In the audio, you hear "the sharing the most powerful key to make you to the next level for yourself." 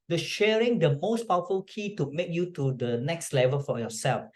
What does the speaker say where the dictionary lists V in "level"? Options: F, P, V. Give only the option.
V